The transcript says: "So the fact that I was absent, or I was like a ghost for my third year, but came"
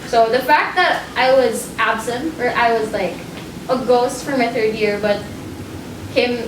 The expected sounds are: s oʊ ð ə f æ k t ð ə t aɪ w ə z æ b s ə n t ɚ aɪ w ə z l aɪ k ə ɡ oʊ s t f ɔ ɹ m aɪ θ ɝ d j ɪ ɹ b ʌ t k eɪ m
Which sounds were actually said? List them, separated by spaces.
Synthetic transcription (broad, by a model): s oʊ ð ə f æ k t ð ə t aɪ w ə z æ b s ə n t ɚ aɪ w ə z l aɪ k ə ɡ oʊ s t f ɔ ɹ m aɪ θ ɝ d j ɪ ɹ b ʌ t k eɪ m